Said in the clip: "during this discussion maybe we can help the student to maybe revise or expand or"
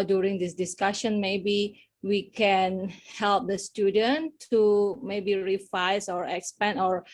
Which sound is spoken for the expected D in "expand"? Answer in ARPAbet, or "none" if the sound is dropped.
none